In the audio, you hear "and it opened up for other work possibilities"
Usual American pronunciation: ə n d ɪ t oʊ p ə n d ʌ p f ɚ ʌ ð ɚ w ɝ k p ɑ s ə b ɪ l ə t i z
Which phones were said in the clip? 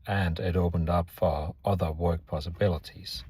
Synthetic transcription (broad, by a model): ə n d ɪ t oʊ p ə n d ʌ p f ɚ ʌ ð ɚ w ɝ k p ɑ s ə b ɪ l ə t i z